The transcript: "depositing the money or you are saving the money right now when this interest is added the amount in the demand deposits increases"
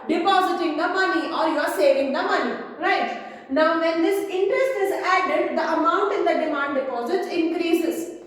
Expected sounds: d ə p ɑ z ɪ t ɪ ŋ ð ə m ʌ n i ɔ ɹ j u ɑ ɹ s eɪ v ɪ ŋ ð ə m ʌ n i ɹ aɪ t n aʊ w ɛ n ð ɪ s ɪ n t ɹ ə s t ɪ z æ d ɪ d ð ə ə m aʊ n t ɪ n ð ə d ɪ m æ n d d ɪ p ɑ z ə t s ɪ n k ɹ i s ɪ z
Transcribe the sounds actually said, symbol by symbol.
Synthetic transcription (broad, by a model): d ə p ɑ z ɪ t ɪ ŋ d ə m ʌ n i ɔ ɹ j u ɑ ɹ s eɪ v ɪ ŋ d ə m ʌ n i ɹ aɪ t n aʊ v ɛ n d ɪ s ɪ n t ɹ ə s t ɪ z æ d ɪ d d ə ə m aʊ n t ɪ n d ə d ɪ m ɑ n d d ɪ p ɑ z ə t ɪ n k ɹ i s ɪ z